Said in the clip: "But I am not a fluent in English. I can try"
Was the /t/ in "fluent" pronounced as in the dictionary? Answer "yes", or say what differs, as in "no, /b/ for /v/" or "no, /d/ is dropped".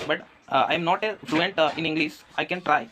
yes